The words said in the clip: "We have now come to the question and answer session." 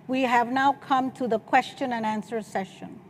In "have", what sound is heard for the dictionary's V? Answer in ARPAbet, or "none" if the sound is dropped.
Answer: V